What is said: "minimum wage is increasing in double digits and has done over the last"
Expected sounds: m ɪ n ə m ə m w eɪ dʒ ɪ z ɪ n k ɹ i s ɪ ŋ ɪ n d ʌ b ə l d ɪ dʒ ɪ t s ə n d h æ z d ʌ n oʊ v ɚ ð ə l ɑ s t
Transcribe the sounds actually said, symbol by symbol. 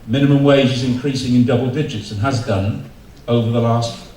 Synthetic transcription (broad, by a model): m ɪ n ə m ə m w eɪ dʒ ɪ z ɪ n k ɹ i s ɪ ŋ ɪ n d ʌ b ə l d ɪ dʒ ɪ t s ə n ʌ z d ʌ n oʊ v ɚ ð ə l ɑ s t